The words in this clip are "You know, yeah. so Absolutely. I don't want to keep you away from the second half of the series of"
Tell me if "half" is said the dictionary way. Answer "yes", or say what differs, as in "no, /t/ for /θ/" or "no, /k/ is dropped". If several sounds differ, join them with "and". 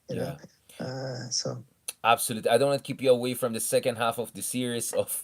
yes